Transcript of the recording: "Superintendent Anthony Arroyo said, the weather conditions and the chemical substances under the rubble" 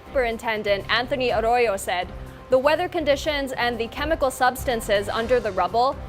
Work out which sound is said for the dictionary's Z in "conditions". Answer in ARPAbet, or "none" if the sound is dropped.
Z